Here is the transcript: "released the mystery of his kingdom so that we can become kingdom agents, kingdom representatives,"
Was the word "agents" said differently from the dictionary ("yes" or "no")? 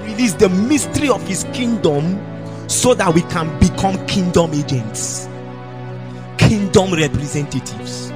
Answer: no